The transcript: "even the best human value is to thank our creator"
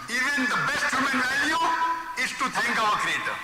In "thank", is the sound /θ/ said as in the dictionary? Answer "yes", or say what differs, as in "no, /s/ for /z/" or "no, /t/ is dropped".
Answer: no, /t/ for /θ/